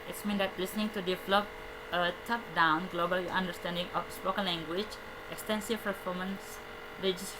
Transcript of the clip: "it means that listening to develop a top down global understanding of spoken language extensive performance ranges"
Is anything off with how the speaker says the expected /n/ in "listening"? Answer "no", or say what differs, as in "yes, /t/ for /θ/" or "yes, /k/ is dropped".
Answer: no